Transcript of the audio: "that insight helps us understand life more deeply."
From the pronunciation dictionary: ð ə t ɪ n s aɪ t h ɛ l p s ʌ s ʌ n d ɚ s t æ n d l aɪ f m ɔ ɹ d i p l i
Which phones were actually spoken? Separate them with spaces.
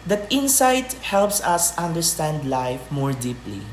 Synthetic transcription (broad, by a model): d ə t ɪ n s aɪ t h ɛ l p s ʌ s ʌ n d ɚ s t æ n d l aɪ f m ɔ ɹ d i p l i